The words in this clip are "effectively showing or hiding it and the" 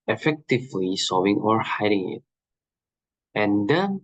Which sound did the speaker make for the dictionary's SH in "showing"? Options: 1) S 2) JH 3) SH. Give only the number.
1